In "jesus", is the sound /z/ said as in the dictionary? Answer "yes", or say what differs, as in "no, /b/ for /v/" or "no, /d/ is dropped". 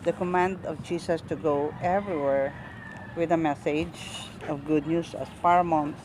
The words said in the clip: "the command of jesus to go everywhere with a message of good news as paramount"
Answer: no, /s/ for /z/